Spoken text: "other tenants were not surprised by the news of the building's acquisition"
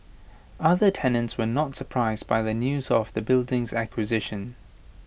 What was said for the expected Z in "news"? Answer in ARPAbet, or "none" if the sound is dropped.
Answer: Z